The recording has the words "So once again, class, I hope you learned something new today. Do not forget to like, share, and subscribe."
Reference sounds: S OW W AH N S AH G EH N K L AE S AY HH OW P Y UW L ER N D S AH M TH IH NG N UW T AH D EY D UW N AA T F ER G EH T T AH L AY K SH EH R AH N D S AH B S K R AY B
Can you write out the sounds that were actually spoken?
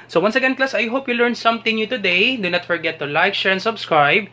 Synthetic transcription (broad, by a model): S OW W AH N S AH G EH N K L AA S AY HH OW P Y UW L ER N S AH M T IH NG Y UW T AH D EY D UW N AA T F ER G EH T T AH L AY K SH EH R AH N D S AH B S K R AY B